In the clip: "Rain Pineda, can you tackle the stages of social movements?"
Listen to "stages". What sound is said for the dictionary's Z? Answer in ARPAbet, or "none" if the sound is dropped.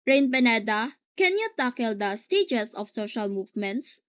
S